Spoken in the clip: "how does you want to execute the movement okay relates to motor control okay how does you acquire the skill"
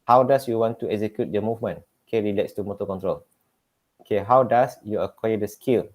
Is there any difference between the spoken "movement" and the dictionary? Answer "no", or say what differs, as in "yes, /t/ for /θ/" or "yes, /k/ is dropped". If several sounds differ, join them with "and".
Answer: yes, /t/ is dropped